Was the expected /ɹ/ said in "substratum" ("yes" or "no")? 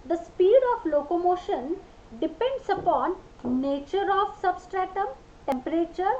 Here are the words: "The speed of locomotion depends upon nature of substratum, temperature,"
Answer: yes